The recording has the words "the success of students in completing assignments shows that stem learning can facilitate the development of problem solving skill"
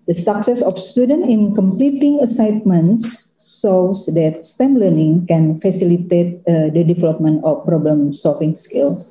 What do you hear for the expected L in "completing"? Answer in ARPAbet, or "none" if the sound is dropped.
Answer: L